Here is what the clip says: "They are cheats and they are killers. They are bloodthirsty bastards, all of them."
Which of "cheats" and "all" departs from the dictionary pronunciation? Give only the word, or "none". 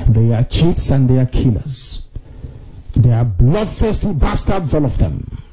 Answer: none